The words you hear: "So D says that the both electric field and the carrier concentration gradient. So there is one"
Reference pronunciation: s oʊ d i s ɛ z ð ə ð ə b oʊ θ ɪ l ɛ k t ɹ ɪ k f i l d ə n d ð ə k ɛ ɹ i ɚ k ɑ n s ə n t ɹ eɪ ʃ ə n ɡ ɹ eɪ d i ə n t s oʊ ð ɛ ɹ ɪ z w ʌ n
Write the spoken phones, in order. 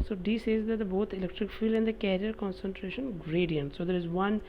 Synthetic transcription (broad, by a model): s oʊ d i s ɛ z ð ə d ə b oʊ t ɪ l ɛ k t ɹ ɪ k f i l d ə n d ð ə k ɛ ɹ i ɚ k ɑ n s ə n t ɹ eɪ ʃ ə n ɡ ɹ eɪ d i ə n t s oʊ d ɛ ɹ ɪ z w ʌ n